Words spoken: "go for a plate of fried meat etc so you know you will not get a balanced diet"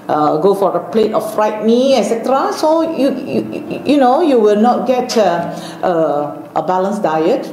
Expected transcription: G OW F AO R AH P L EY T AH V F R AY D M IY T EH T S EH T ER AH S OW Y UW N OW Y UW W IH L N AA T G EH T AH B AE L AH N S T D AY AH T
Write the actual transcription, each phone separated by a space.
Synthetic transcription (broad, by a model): G OW F AO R AH P L EY T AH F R AY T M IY EH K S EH T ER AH S OW Y UW N OW Y UW W IH L N AA T G EH T AH B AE L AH N S D AY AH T